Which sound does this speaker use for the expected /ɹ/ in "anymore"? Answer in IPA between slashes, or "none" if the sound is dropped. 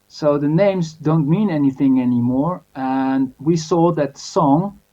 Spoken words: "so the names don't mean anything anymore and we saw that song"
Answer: /ɹ/